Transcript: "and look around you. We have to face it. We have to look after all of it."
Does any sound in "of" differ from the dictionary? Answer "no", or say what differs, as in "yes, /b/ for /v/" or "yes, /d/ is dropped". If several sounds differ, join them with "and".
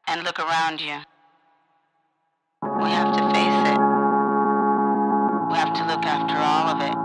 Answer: no